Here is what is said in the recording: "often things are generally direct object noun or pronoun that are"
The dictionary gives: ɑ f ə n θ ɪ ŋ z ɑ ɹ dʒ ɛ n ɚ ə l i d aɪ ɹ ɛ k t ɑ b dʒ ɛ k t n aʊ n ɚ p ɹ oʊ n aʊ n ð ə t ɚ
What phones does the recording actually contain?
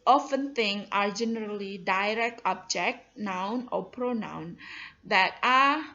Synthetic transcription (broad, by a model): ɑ f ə n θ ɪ ŋ ɑ ɹ dʒ ɛ n ɚ ə l i d aɪ ɹ ɛ k t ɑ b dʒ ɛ k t n aʊ n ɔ p ɹ oʊ n aʊ n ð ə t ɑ